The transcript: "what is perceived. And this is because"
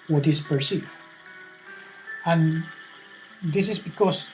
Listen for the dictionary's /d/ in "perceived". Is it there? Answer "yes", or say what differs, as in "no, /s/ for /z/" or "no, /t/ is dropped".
no, /d/ is dropped